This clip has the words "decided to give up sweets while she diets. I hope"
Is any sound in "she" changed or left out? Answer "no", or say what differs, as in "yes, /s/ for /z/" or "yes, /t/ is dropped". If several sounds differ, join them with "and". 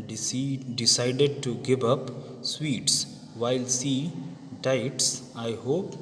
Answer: yes, /s/ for /ʃ/